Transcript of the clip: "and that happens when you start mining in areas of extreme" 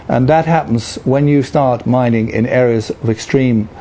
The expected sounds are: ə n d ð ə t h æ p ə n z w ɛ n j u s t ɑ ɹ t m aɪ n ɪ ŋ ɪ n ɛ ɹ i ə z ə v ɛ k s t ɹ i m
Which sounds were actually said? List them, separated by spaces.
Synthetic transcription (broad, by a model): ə n ð ə t h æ p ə n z w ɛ n j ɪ s t ɑ ɹ t m aɪ n ɪ ŋ ɪ n ɛ ɹ i ə z ə v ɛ k s t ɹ i m